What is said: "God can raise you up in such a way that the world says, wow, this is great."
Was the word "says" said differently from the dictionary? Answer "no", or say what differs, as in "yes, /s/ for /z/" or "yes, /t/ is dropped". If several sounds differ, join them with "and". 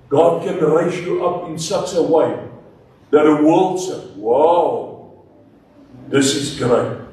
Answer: yes, /z/ is dropped